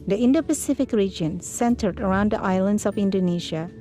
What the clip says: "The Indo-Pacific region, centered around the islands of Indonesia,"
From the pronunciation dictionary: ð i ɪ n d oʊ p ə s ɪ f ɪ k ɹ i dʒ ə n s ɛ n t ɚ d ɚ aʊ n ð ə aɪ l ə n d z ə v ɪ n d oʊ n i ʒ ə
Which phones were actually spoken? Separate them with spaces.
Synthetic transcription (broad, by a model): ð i ɪ n d oʊ p ə s ɪ f ɪ k ɹ i dʒ ə n s ɛ n t ɚ d ɚ aʊ n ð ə aɪ l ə n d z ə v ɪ n d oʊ n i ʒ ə